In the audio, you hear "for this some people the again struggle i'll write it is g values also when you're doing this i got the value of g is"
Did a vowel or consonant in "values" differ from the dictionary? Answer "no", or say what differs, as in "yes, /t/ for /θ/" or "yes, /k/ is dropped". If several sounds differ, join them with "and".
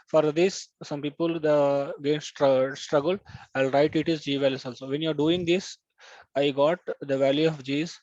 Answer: yes, /s/ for /z/